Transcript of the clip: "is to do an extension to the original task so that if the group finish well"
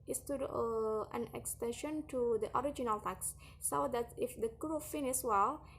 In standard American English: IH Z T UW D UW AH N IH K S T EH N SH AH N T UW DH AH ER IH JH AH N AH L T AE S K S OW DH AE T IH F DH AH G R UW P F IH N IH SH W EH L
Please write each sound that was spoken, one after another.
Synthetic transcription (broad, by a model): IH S T UW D AH N IH K S T EH N SH AH N T UW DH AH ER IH JH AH N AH L T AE K S OW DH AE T IH F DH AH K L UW F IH N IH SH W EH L